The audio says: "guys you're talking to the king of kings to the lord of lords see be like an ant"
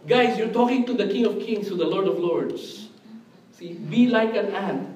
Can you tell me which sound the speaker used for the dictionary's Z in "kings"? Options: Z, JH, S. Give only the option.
S